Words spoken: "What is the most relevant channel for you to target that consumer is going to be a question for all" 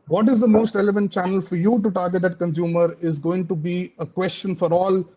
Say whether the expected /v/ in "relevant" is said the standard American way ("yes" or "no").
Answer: yes